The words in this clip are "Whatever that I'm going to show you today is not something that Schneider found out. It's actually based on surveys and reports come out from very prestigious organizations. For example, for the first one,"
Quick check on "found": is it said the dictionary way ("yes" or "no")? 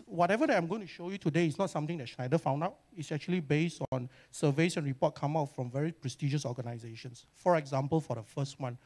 yes